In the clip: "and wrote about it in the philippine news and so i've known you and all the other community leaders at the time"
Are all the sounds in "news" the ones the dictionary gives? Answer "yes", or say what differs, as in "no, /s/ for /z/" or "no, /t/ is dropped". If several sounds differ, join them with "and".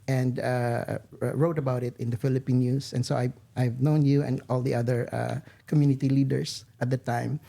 no, /s/ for /z/